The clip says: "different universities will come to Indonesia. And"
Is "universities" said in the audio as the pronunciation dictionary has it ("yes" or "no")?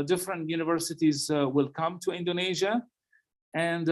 yes